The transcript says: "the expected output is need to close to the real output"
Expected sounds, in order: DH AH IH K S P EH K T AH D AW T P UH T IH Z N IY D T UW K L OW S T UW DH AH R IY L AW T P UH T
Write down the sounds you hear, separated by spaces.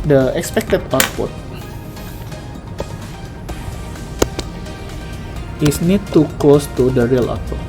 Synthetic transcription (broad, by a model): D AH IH K S P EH K T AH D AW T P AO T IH S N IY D T UW K L OW S T UW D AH R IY L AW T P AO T